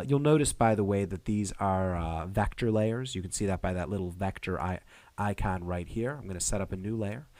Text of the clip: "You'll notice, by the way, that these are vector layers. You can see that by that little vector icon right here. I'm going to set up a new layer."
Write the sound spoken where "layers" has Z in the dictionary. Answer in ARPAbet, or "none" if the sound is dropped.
Z